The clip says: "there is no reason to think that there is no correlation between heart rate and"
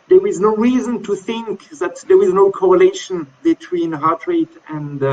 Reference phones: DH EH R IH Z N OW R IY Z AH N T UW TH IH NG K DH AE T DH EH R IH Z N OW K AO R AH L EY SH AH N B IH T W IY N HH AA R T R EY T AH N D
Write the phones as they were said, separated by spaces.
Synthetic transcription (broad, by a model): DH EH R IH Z N OW R IY Z AH N T UW TH IH NG K DH AE T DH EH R IH Z N OW K AO R AH L EY SH AH N B IH T W IY N HH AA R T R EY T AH N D